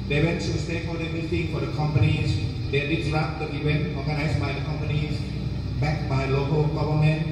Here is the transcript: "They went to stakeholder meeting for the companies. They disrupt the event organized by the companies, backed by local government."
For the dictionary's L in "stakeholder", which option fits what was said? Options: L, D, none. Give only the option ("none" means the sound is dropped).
none